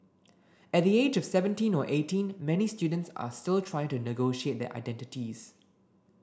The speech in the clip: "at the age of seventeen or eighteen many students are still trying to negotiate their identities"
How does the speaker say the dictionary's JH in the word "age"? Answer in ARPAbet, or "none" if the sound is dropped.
JH